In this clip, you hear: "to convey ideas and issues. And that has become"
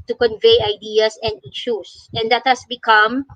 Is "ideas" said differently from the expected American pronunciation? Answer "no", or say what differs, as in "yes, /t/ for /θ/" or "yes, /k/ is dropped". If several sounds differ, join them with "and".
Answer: yes, /s/ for /z/